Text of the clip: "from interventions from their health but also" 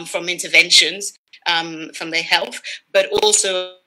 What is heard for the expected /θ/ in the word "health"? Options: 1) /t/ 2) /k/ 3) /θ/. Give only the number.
3